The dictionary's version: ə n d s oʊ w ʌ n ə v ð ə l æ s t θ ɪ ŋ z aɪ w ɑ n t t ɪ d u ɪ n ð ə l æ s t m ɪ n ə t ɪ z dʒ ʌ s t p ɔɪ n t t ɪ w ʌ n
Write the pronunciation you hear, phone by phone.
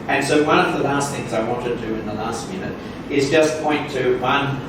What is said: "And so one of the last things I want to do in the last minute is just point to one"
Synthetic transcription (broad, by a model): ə n s oʊ w ʌ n ə v ð ə l æ s t θ ɪ ŋ z aɪ w ɑ n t t ɪ d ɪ ɪ n ð ə l æ s t m ɪ n ə t ɪ z dʒ ʌ s p ɔɪ n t t ɪ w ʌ n